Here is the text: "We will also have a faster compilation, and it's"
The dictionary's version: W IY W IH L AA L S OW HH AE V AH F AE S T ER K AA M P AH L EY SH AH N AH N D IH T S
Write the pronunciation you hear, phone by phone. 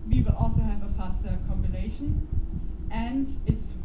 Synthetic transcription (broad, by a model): W IY W IH L AA L S OW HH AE V AH F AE S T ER K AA M B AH N EY SH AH N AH N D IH T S